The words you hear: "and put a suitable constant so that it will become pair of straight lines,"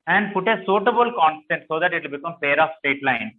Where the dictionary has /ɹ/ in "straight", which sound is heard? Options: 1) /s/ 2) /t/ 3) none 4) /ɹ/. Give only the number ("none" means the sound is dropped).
3